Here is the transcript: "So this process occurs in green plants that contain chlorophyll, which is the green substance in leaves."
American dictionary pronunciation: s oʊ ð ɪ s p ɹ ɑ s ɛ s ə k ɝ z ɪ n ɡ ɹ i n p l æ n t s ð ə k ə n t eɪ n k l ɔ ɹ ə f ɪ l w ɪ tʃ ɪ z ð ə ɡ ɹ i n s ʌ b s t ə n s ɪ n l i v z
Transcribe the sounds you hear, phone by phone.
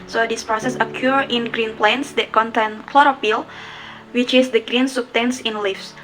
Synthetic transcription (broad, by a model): s oʊ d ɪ s p ɹ ɑ s ɛ s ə k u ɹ ɪ n ɡ ɹ i n p l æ n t s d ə k ə n t eɪ n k l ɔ ɹ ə p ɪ l w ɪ tʃ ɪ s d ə ɡ ɹ i n s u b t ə n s ɪ n l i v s